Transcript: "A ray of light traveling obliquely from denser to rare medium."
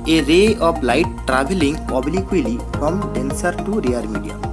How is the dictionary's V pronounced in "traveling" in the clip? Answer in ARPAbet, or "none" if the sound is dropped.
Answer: B